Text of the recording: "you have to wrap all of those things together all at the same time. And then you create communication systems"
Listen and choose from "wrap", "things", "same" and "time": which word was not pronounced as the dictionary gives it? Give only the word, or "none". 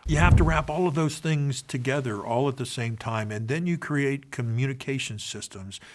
none